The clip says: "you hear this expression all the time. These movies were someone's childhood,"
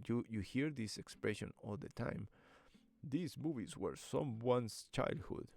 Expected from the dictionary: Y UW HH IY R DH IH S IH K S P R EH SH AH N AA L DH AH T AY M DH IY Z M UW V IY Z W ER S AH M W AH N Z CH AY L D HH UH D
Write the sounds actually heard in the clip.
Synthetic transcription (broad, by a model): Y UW HH IY R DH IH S IH K S P R EH SH AH N AA L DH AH T AY M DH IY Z M UW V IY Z W ER S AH M W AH N S CH AY L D HH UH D